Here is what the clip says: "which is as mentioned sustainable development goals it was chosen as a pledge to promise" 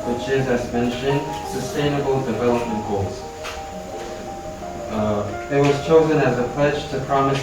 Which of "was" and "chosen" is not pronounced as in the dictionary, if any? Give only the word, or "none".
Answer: none